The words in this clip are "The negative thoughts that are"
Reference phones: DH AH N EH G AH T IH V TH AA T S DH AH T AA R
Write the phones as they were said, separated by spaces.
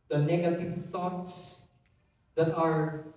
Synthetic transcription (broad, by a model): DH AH N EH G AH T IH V S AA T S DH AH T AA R